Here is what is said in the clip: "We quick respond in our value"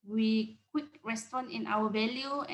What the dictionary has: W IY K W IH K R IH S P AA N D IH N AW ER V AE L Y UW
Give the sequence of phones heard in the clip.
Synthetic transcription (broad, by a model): W IY K W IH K R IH S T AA N IH N AW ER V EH L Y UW